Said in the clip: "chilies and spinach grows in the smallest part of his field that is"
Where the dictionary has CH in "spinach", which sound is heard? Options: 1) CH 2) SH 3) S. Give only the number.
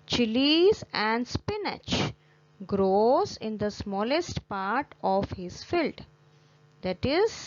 1